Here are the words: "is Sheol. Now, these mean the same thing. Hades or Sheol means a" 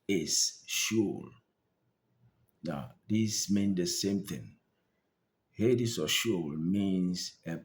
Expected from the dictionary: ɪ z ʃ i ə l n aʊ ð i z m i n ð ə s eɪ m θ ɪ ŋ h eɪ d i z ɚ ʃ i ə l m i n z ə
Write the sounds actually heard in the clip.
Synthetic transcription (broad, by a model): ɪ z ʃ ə l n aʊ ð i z m i n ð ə s eɪ m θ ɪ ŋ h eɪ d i s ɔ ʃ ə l m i n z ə